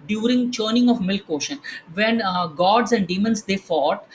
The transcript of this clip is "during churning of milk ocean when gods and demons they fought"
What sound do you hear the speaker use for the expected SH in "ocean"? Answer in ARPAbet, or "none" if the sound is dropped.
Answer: SH